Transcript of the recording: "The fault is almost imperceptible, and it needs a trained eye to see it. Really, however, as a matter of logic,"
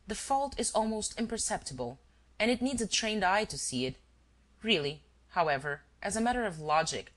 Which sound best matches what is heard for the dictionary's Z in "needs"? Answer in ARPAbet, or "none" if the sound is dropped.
Z